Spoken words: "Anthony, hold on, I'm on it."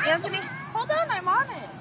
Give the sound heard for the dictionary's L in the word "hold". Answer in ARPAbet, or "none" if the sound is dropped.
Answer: none